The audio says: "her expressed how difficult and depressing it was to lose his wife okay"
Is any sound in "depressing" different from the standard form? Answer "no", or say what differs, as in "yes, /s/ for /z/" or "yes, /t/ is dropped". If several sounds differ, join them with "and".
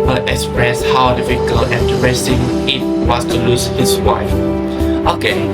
yes, /p/ is dropped